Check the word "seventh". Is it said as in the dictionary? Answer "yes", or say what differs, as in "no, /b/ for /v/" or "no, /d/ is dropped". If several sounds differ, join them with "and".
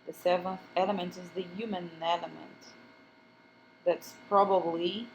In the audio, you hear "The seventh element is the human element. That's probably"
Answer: yes